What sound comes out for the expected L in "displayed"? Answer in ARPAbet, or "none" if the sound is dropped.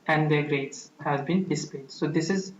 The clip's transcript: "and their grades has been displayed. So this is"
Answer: none